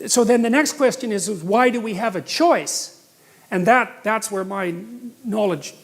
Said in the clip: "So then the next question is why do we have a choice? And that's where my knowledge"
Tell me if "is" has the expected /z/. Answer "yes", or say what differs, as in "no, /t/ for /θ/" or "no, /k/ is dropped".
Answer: yes